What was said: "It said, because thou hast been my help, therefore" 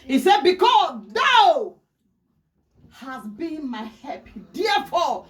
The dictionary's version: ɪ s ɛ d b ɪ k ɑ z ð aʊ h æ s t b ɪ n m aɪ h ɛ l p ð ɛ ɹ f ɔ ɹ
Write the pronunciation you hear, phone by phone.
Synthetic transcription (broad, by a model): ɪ s ɛ d b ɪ k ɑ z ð aʊ h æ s b ɪ n m aɪ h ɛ p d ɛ f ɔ